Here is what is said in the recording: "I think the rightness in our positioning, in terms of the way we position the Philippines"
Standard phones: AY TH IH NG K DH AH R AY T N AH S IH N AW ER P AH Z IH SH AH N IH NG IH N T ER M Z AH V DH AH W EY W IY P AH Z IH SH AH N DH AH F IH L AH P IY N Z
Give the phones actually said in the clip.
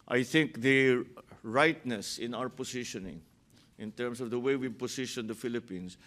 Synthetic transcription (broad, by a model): AY TH IH NG K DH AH R AY T N AH S IH N AW ER P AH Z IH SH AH N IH NG IH N T ER M S AH V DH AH W EY W IY P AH S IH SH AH N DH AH F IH L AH P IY N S